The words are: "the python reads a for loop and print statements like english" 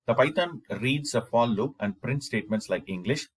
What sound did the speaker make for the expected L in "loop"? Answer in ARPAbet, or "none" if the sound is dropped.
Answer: L